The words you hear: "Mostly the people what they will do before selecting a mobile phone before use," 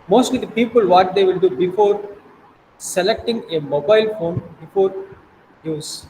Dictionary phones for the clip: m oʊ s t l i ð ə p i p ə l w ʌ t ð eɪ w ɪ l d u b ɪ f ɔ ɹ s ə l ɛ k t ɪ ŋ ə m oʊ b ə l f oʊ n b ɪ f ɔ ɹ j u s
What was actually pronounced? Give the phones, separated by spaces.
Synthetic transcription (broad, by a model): m oʊ s t l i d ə p i p ə l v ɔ t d eɪ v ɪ l d u b ɪ f ɔ ɹ s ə l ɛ k t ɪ ŋ ə m oʊ b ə l f oʊ n b ɪ f ɔ ɹ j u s